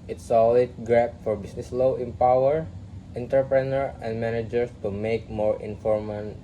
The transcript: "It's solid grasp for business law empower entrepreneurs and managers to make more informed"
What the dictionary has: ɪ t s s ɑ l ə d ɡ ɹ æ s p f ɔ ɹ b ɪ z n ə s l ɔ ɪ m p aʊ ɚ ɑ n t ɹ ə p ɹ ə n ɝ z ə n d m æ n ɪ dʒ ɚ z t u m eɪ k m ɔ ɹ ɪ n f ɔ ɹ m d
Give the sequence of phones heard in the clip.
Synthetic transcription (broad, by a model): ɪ t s s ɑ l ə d ɡ ɹ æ p f ɔ ɹ b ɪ s n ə s l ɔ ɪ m p aʊ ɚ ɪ n t ɹ p ɹ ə n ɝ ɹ ə n d m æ n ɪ dʒ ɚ s t u m eɪ k m ɔ ɹ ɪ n f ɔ ɹ m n